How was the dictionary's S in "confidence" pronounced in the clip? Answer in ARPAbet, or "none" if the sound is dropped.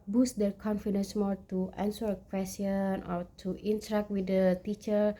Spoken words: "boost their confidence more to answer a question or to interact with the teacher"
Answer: S